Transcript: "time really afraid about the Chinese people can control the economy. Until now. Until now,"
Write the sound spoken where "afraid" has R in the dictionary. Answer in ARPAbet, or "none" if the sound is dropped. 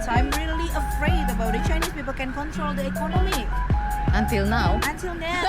R